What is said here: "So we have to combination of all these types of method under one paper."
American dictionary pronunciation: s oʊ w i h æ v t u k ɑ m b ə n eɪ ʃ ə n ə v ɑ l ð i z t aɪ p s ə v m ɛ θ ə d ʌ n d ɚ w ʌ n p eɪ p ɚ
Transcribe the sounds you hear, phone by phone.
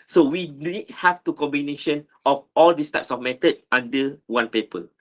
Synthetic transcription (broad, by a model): s oʊ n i h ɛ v t u k ɑ m b ə n eɪ ʃ ə n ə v ɑ l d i s t aɪ p s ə f m ɛ t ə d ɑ n d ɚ w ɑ n p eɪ p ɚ